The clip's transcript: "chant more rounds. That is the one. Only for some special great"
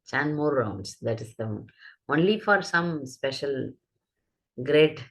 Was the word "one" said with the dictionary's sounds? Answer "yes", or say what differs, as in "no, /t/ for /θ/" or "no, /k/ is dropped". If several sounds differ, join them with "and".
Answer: no, /n/ is dropped